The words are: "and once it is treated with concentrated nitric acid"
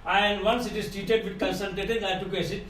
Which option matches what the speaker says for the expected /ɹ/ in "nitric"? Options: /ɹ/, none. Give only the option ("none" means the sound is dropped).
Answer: none